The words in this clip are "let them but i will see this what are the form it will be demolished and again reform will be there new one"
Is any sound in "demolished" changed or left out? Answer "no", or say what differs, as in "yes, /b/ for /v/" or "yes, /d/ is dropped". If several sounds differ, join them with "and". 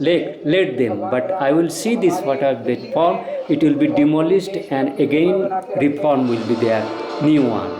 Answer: yes, /s/ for /ʃ/